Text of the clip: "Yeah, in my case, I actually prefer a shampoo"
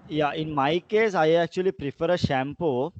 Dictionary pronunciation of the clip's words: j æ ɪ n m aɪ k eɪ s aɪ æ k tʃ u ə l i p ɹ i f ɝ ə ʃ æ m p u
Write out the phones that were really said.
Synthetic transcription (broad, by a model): j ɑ ɪ n m aɪ k eɪ s aɪ æ k tʃ u ə l i p ɹ i f ɝ ə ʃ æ m p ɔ